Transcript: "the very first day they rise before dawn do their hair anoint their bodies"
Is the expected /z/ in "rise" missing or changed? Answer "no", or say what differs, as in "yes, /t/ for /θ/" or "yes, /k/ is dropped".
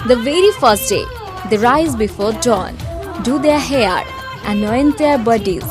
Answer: no